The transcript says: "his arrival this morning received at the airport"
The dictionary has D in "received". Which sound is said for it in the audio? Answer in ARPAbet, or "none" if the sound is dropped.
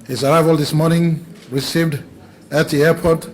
D